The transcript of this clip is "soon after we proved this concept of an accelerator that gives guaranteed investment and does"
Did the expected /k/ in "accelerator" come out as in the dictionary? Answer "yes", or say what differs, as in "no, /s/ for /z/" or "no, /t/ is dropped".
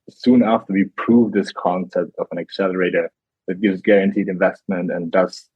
yes